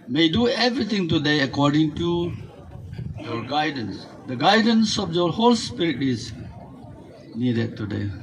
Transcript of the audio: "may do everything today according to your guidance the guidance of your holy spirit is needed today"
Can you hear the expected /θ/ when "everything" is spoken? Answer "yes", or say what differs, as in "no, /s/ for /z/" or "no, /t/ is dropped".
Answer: no, /t/ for /θ/